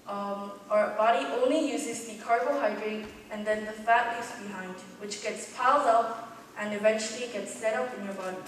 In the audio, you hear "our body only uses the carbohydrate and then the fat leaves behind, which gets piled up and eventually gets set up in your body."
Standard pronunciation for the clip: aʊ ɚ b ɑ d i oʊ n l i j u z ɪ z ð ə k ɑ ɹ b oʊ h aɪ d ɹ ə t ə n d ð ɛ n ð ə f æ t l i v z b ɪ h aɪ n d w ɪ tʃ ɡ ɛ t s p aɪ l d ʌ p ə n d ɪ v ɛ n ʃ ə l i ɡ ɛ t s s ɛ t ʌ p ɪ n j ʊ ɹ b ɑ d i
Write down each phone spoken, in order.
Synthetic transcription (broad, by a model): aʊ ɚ b ɑ d i oʊ n l i j u z ɪ z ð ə k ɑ ɹ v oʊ h aɪ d ɹ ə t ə n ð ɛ n ð ə f æ t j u z b ɪ h aɪ n d w ɪ tʃ ɡ ɛ t s p aɪ l d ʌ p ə n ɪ v ɛ n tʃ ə l i ɡ ɛ t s s ɛ t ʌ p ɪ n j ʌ ɹ b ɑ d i